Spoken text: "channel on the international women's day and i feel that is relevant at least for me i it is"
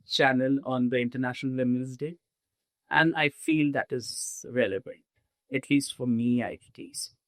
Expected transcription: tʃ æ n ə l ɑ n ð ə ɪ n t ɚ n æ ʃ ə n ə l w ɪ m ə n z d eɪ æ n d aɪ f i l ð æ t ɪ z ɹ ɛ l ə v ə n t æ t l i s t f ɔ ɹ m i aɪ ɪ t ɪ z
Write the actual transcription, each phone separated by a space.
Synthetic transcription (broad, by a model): tʃ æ n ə l ɑ n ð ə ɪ n t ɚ n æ ʃ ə n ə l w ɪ m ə l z d eɪ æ n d aɪ f i l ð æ t ɪ z ɹ ɛ l ə v ə n t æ t l i s t f ɔ ɹ m i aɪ ɪ t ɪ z